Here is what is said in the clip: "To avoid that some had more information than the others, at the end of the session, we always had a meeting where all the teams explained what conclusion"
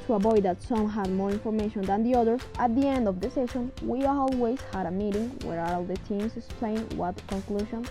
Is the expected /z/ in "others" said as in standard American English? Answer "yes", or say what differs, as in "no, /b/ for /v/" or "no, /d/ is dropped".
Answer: no, /z/ is dropped